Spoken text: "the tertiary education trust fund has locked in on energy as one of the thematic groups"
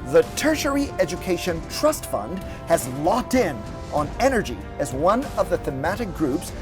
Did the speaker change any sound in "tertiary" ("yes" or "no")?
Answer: no